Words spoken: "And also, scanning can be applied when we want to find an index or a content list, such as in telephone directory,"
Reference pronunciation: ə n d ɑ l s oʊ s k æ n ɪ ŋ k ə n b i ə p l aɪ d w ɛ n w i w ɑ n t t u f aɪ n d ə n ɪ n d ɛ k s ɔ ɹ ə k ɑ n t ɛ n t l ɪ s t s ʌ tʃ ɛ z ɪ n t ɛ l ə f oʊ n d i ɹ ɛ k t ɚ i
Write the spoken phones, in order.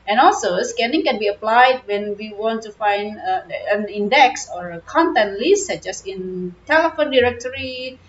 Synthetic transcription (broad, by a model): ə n ɑ l s oʊ s k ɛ n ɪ ŋ k ə n b i ə p l aɪ d w ɛ n w i w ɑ n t t u f aɪ n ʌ ə n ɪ n d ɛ k s ɔ ɹ ə k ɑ n t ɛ n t l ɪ s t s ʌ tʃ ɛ s ɪ n t ɛ l ə f oʊ n d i ɹ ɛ k t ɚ i